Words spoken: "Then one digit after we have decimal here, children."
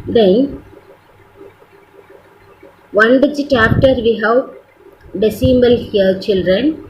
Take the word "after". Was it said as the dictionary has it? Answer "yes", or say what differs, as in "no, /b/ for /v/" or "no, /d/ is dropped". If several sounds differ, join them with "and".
no, /p/ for /f/